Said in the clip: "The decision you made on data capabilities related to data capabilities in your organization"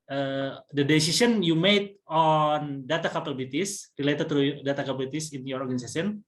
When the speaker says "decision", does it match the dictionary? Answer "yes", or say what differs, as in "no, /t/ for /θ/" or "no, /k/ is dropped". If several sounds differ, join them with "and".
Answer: no, /s/ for /ʒ/